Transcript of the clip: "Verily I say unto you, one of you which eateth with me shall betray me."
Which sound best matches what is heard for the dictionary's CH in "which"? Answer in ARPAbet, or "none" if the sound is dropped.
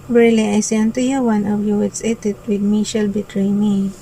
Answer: S